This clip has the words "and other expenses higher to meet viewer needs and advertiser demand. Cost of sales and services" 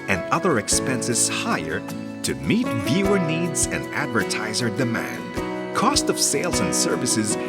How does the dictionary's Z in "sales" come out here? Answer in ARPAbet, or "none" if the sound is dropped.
Z